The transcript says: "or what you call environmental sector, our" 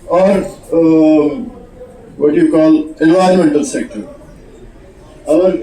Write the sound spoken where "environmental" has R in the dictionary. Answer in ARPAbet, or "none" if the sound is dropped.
none